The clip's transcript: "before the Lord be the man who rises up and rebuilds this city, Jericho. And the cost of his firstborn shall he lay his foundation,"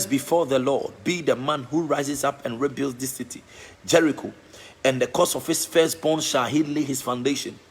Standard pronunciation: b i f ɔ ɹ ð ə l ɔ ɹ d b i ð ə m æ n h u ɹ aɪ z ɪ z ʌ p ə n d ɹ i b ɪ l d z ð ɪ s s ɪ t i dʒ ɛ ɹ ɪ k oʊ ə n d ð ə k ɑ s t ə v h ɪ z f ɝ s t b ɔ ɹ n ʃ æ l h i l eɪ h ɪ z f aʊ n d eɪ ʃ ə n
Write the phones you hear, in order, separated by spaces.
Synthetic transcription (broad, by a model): b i f ɔ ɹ ð ə l ɔ b i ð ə m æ n h u ɹ aɪ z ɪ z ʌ p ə n ɹ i b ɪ l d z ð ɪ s s ɪ t i dʒ ɛ ɹ ɪ k oʊ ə n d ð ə k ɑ s ə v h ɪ s f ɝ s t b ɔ n ʃ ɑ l h i l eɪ h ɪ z f aʊ n d eɪ ʃ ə n